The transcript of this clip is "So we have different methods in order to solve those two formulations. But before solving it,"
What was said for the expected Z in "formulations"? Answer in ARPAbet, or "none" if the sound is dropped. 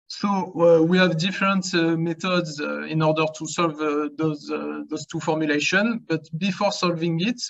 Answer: none